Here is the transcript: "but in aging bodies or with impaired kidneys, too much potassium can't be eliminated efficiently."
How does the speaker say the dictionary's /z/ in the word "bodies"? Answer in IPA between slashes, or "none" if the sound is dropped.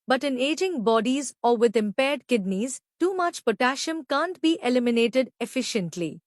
/z/